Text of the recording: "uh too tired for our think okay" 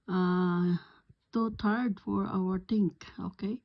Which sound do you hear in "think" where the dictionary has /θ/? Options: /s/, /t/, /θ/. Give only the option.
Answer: /t/